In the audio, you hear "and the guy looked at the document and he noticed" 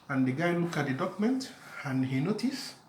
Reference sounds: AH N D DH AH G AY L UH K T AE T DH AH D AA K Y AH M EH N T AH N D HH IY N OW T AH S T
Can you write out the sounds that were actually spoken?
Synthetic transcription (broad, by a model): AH N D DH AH G AY L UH K AA T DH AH D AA K Y M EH N T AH N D HH IY N OW T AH S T